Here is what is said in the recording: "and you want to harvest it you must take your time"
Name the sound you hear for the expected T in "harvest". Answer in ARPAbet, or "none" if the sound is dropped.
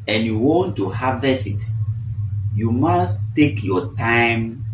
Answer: none